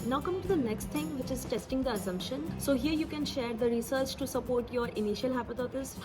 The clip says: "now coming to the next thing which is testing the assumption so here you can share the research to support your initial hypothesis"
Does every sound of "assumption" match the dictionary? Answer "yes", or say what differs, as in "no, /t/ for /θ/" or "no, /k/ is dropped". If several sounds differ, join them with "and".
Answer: yes